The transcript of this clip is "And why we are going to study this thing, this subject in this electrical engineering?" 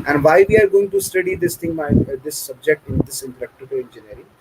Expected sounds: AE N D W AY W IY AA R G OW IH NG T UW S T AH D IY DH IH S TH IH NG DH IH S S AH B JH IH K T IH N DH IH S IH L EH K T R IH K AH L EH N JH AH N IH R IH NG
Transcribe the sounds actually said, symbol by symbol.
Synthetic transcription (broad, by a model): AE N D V AY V IY AA R G OW IH NG T UW S T AH D IY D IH S T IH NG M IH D S AH B JH IH K T IH N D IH S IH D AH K T IH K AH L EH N JH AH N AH R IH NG